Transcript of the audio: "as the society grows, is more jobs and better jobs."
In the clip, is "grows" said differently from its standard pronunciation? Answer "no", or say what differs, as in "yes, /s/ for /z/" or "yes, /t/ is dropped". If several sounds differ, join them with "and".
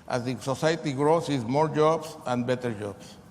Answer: yes, /s/ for /z/